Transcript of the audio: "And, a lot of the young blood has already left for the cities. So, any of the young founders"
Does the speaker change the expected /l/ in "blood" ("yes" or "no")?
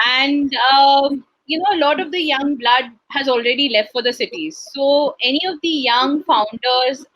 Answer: no